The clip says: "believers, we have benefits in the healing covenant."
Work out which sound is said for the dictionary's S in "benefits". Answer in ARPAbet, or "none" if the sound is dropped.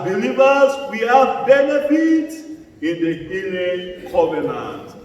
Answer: none